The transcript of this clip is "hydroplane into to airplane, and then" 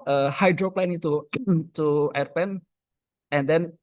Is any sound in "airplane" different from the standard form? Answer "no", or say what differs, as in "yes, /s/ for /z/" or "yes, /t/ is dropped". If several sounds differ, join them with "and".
yes, /l/ is dropped